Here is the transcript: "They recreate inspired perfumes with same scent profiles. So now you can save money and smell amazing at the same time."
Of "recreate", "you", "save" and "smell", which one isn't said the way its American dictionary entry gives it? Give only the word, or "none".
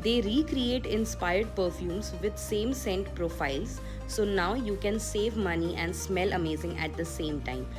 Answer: none